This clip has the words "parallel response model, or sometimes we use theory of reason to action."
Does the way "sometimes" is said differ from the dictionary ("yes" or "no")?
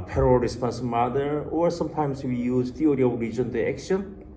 yes